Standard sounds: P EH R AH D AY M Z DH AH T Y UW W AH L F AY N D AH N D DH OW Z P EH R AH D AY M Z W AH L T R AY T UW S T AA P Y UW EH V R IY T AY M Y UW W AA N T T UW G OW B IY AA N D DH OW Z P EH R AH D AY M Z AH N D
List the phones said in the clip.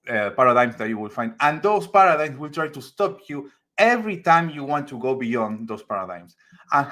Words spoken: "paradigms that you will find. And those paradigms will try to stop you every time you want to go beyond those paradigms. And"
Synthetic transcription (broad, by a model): P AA R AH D AY M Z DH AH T Y UW W AH L F AY N D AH N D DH OW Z P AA R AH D AY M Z W AH L T R AY T UW S T AA P Y UW EH V R IY T AY M Y UW W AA N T T UW G OW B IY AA N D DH OW S P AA R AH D AY M S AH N